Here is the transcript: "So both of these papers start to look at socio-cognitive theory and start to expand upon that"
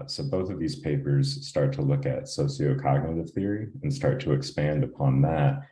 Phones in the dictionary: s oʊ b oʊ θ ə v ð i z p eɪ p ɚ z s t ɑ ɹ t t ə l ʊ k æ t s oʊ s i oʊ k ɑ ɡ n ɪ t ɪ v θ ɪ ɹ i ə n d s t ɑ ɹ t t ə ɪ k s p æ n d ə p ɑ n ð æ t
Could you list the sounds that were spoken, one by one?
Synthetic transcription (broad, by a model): s oʊ b oʊ θ ə v ð i z p eɪ p ɚ z s t ɑ ɹ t t ə l ʊ k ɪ t s oʊ s i oʊ k ɑ ɡ n ɪ t ɪ v θ ɪ ɹ i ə n s t ɑ ɹ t t ə ɪ k s p æ n d ə p ɑ n ð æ t